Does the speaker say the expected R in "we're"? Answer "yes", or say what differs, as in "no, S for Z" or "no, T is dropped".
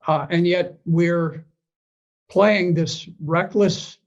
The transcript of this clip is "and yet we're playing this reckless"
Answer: yes